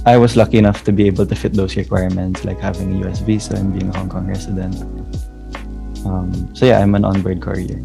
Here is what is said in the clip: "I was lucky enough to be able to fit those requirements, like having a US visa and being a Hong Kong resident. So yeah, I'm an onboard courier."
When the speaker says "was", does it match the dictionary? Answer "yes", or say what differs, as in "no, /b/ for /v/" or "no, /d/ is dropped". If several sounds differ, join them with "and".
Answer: no, /s/ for /z/